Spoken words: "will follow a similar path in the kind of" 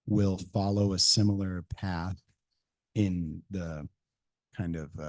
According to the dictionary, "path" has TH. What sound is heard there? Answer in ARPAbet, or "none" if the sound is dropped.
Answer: TH